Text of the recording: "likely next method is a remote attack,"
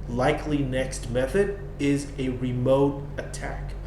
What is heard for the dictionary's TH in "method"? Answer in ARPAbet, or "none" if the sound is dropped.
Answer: TH